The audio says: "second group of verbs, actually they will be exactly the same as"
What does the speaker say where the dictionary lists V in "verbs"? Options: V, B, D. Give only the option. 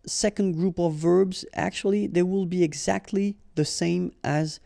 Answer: V